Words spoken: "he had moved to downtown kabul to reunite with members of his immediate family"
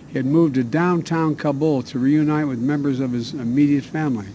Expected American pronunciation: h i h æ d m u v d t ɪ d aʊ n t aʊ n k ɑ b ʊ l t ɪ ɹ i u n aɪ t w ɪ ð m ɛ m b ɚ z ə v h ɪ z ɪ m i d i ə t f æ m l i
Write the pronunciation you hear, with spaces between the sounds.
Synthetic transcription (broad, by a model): h i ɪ d m u v d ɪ d aʊ n t aʊ n k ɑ b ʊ l t ɪ ɹ i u n aɪ t w ɪ ð m ɛ m b ɚ z ə v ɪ z ɪ m i d i ə t f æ m l i